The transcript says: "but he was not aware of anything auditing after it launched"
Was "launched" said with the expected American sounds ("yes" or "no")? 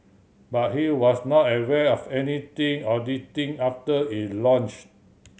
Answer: no